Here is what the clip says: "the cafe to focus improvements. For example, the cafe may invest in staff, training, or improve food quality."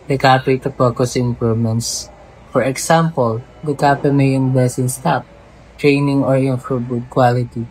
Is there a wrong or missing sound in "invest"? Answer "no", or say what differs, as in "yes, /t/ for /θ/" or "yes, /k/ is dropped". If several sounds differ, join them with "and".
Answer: yes, /t/ is dropped